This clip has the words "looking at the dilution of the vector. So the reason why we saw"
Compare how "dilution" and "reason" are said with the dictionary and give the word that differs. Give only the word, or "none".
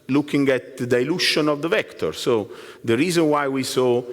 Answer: none